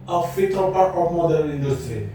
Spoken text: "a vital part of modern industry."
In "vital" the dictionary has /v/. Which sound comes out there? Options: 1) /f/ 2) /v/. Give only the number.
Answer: 1